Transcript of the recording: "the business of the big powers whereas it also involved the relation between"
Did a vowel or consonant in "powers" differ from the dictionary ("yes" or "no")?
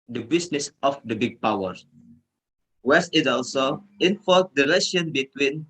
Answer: yes